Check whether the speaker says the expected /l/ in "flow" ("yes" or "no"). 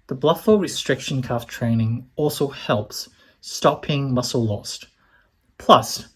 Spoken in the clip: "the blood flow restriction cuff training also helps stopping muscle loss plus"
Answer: no